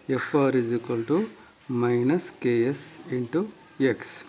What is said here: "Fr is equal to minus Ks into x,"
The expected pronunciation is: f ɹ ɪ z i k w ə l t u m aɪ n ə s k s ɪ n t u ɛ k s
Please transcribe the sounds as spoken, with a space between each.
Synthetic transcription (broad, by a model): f ɹ ɪ z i k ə l t u m aɪ n ə s k s ɪ n t u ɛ k s